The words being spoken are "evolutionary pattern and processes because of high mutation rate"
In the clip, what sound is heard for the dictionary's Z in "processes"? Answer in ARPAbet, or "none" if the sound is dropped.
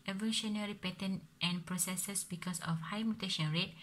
S